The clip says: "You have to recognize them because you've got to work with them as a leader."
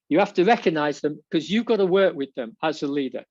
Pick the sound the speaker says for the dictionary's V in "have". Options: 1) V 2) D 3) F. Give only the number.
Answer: 3